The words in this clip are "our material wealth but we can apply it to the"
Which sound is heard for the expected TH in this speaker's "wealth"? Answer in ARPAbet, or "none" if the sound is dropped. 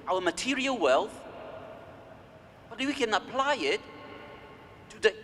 TH